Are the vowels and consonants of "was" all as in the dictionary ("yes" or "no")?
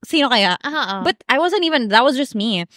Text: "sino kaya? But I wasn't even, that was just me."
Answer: yes